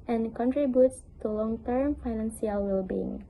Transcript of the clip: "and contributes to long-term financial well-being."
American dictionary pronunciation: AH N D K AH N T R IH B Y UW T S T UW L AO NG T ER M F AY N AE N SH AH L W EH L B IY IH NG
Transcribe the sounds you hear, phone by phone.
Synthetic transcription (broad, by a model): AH N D K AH N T R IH B Y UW T S T UW L AO NG T ER M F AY N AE N S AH L W EH L B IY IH NG